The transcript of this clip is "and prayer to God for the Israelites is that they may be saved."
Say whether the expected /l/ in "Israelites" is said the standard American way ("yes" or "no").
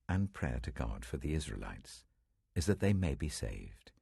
yes